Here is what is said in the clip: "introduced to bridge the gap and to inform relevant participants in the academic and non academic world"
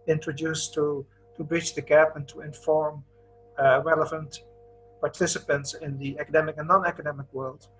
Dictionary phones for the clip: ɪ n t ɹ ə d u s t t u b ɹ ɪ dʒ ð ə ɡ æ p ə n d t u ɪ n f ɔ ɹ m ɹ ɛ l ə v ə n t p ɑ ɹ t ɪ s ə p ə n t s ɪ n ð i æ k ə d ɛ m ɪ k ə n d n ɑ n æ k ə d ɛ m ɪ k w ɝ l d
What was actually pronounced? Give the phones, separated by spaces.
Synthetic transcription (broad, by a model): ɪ n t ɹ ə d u s t t u b ɹ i tʃ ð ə ɡ æ p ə n t u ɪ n f ɔ ɹ m ɹ ɛ l ə v ə n t p ɑ ɹ t ɪ s ə p ə n t s ɪ n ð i æ k ə d ɛ m ɪ k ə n n ɑ n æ k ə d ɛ m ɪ k w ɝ l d